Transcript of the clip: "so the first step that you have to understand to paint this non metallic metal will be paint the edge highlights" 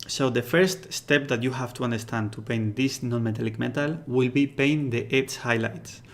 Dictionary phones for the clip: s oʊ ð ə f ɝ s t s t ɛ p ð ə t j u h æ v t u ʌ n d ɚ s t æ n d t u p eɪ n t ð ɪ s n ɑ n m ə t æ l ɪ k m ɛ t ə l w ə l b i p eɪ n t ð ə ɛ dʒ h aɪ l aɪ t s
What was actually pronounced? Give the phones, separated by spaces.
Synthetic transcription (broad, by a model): s oʊ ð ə f ɝ s t s t ɛ p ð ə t j u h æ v t u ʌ n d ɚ s t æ n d t u p eɪ n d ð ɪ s n ɑ n m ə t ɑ l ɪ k m ɛ t ə l w ə l b i p eɪ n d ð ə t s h aɪ l aɪ t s